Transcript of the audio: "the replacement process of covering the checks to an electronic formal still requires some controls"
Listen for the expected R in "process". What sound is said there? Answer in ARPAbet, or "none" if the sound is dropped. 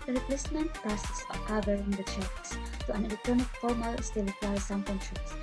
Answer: none